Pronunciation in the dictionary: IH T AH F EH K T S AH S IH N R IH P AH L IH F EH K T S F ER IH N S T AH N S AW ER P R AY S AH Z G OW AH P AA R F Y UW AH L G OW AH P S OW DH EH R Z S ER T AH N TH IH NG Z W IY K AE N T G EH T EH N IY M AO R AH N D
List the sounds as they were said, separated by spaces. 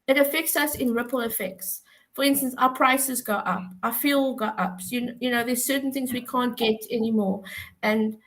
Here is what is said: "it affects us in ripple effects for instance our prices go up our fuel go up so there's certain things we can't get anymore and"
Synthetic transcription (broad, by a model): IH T AH F EH K T S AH S IH N R IH P AH L IH F EH K T S F ER IH N S T AH N S AW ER P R AY S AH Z G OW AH P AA F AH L G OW AH P S OW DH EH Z S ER T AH N TH IH NG Z W IY K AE N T G EH T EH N IY M AO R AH N